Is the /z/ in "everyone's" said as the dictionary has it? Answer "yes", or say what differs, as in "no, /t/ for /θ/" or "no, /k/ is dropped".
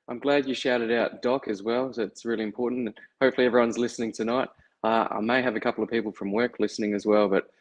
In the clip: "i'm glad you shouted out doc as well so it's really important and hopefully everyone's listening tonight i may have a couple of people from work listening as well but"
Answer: yes